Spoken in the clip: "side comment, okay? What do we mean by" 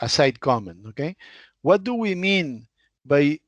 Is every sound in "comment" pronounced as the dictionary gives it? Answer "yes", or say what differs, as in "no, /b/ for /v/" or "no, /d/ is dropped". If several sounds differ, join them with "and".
no, /t/ is dropped